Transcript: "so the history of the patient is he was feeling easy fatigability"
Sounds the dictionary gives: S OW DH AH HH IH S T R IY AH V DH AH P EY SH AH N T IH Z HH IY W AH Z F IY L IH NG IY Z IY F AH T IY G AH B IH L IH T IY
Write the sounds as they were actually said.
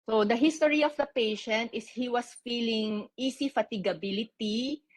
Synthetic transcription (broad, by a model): S OW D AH HH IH S T R IY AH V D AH P EY SH AH N T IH S HH IY W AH S F IY L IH NG IY S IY F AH T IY G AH B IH L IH T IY